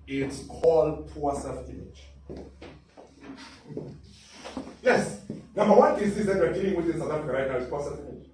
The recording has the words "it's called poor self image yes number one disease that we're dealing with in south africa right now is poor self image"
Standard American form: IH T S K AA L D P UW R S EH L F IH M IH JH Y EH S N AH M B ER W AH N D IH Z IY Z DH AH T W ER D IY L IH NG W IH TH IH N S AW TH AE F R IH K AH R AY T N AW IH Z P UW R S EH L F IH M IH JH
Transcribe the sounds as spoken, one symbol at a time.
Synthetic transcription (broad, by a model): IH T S K AA L D P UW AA S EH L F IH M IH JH Y EH S N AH M B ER W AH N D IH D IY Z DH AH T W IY D IY L IH NG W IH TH IH N S AW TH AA F R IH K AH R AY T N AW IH S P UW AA S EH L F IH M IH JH